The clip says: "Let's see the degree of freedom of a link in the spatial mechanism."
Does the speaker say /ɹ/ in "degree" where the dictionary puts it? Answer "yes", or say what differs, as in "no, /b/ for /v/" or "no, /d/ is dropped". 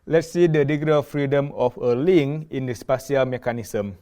no, /ɹ/ is dropped